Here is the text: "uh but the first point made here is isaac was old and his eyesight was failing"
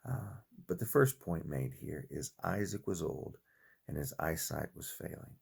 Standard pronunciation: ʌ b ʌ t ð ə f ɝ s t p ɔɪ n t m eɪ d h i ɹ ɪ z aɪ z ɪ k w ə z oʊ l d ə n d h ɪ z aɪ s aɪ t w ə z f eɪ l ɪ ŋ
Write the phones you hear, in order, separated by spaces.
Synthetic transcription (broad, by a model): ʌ b ʌ t ð ə f ɝ s p ɔɪ n m eɪ d h i ɹ ɪ z aɪ z ɪ k w ə z oʊ l d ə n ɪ z aɪ s aɪ t w ə z f eɪ l ɪ ŋ